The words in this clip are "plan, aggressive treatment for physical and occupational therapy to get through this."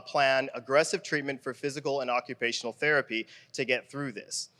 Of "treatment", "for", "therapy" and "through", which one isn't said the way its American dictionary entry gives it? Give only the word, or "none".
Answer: none